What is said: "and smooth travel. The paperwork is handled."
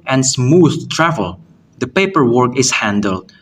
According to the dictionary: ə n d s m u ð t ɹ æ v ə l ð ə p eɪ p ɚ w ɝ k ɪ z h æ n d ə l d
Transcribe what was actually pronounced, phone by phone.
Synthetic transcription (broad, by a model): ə n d s m u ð t ɹ æ v ə l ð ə p eɪ p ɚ w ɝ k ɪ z h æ n d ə l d